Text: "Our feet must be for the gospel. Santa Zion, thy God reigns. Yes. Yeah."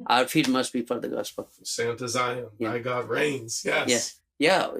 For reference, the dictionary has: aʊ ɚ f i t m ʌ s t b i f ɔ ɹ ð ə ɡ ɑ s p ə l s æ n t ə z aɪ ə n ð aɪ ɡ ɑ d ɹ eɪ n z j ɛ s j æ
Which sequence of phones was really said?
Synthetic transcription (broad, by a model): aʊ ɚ f i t m ʌ s t b i f ɔ ɹ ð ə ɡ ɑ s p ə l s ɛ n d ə z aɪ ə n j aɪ ɡ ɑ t ɹ eɪ n z j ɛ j j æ